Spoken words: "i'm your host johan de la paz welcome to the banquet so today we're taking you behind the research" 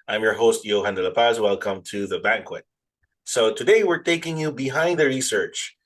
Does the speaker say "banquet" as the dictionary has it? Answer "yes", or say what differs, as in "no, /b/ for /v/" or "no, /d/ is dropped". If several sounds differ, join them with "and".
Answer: yes